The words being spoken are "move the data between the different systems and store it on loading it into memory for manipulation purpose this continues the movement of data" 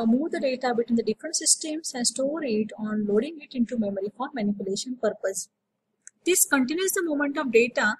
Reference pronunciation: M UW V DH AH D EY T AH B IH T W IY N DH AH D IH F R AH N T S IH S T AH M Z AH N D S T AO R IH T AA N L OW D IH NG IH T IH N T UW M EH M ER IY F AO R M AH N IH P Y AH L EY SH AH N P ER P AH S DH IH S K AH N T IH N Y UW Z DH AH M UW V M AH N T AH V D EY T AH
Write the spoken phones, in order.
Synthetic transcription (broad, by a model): M UW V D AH D EY T AH B IH T W IY N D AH D IH F R AH N T S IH S T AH M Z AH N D S T AO R IH T AA N L OW D IH NG IH T IH N T UW M EH M ER IY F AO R M AH N IH P Y AH L EY SH AH N P ER P AH S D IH S K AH N T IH N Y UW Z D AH M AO M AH N T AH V D EY T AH